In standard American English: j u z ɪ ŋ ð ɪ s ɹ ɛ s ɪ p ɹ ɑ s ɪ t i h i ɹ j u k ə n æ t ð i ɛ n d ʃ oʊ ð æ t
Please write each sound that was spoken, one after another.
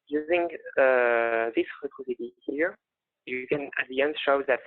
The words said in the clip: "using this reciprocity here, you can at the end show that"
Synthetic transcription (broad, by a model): j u z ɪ ŋ ð ɪ s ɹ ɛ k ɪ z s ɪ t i h i ɹ j u k ə n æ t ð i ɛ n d ʃ oʊ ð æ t